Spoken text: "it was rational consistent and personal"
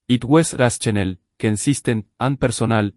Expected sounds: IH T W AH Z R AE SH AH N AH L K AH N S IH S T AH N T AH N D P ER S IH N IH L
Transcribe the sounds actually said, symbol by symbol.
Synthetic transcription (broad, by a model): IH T W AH S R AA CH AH N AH L K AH N S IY S T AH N AH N P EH S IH N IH L